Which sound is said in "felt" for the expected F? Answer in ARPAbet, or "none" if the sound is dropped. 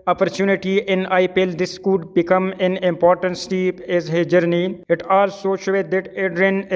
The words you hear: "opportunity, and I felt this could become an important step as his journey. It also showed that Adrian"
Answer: P